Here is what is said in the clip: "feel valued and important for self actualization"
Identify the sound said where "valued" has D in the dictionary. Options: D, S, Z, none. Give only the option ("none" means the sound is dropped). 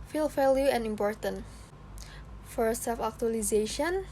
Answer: none